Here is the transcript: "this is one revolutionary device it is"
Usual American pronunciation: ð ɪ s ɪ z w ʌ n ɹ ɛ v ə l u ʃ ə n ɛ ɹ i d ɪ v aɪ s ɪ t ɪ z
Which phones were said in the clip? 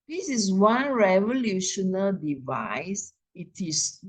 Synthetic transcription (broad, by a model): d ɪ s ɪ s w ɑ n ɹ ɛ v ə l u ʃ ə n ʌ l d ɪ v aɪ s ɪ t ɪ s